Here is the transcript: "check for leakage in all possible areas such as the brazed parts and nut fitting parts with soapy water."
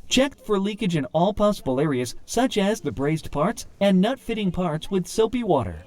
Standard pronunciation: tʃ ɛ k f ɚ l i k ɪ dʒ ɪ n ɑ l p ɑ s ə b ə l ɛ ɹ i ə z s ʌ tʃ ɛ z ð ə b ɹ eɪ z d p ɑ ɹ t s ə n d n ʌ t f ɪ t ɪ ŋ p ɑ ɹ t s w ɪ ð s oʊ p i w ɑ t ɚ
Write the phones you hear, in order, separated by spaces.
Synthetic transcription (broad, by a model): tʃ ɛ k f ɚ l i k ɪ dʒ ɪ n ɑ l p ɑ s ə b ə l ɛ ɹ i ə z s ʌ tʃ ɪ z ð ə b ɹ eɪ z d p ɑ ɹ t s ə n n ʌ t f ɪ t ɪ ŋ p ɑ ɹ t s w ɪ ð s oʊ p i w ɑ t ɚ